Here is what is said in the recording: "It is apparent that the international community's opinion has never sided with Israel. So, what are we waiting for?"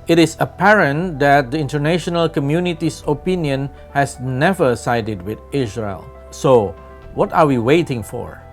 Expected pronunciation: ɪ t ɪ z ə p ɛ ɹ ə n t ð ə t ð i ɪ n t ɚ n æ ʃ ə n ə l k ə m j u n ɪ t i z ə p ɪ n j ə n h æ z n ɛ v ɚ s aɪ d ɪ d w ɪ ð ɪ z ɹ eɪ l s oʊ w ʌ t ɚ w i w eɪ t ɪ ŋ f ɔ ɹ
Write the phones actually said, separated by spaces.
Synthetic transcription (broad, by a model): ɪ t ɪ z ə p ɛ ɹ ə n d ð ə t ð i ɪ n t ɚ n æ ʃ ə n ə l k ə m j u n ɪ t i s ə p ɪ n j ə n h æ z n ɛ v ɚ s aɪ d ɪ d w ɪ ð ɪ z ɹ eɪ l s oʊ w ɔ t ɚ w i w eɪ t ɪ ŋ f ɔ ɹ